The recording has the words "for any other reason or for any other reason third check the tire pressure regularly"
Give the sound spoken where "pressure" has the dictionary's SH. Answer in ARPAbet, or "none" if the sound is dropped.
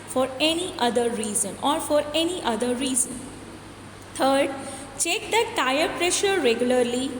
SH